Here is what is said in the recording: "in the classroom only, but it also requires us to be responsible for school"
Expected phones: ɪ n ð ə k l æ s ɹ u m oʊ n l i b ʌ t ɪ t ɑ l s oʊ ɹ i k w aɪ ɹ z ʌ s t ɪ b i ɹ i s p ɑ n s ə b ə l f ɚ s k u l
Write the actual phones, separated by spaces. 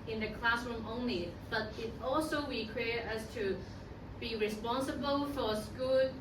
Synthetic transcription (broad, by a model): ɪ n ð ə k l æ s ɹ u m oʊ n l i b ʌ t ɪ t ɑ l s oʊ w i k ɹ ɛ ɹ ʌ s t ɪ b i ɹ i s p ɑ n s ə b ə l f ɚ s k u l